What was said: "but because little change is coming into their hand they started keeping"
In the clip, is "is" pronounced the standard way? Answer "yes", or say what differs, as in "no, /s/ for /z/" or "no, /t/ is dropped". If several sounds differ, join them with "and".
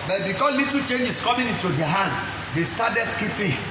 no, /s/ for /z/